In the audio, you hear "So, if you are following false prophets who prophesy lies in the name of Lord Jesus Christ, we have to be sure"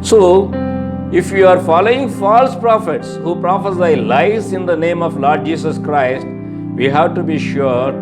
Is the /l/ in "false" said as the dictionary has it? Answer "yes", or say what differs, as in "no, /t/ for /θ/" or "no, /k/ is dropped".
yes